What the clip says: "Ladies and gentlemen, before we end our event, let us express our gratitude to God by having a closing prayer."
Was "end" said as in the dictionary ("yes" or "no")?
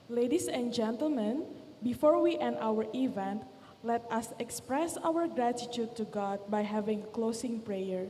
no